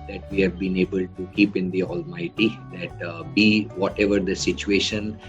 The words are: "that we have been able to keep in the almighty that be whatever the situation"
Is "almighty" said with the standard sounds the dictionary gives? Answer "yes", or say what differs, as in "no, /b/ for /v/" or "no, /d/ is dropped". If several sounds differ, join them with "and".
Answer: yes